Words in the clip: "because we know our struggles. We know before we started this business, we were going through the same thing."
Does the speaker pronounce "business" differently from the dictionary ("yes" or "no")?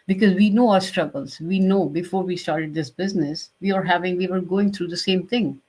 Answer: no